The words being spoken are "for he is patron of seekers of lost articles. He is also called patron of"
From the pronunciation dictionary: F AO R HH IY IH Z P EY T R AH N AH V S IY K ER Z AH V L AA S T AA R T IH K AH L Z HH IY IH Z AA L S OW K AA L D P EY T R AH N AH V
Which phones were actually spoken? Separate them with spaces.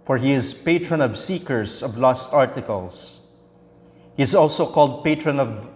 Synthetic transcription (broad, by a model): F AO R HH IY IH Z P EY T R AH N AH V S IY K ER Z AH V L AA S T AA R T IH K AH L S HH IY IH Z AA L S OW K AA L D P EY T R AH N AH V